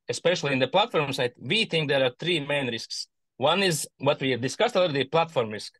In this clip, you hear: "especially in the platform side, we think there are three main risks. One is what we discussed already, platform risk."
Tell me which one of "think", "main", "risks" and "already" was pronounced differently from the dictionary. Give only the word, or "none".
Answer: already